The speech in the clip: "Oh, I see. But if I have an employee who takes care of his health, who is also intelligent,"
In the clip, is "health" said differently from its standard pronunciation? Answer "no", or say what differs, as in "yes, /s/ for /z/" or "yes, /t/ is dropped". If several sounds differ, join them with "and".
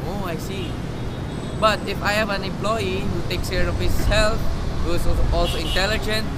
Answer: yes, /f/ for /θ/